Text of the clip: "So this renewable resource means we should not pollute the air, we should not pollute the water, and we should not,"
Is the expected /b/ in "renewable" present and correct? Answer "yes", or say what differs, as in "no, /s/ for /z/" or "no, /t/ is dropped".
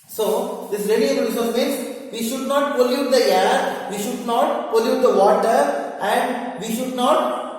no, /b/ is dropped